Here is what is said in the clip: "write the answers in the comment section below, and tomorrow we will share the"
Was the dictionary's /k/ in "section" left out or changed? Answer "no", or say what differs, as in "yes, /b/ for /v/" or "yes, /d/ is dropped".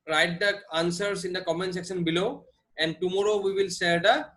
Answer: no